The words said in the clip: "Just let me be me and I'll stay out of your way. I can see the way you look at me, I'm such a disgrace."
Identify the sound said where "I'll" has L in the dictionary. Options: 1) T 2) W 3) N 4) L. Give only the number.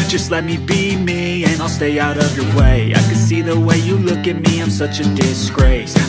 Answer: 4